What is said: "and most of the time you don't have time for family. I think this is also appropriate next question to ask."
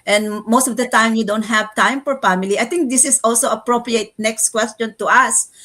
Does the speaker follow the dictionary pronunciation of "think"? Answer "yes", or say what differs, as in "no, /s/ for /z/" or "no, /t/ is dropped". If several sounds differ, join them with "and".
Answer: no, /t/ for /θ/